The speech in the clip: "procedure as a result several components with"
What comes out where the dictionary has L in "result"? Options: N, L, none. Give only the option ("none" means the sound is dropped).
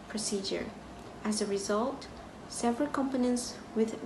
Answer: L